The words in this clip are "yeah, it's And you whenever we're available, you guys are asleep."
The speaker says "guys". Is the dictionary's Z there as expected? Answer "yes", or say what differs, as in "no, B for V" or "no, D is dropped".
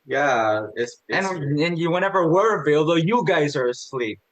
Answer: yes